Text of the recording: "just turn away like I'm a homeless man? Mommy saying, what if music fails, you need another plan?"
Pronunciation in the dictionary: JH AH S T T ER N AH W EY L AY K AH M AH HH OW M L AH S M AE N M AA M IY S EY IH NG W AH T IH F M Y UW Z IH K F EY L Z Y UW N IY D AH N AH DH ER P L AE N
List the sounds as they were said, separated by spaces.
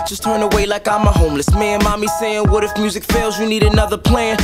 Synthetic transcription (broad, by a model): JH AH S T T ER N AH W EY L AY K AH M AH HH OW M L AH S M AE N M AA M IY S EY IH NG W AH T IH F M Y UW Z IH K F EY L Z Y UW N IY D AH N AH DH ER P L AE N